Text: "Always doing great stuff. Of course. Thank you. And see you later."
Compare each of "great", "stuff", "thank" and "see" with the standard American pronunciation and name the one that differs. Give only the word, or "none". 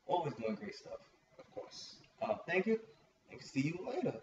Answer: none